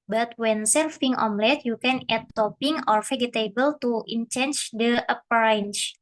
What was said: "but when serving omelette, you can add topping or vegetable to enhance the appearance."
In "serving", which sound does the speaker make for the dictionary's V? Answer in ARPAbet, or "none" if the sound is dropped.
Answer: F